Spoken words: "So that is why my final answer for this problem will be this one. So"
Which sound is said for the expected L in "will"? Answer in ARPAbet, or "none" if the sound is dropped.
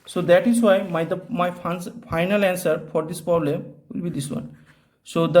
L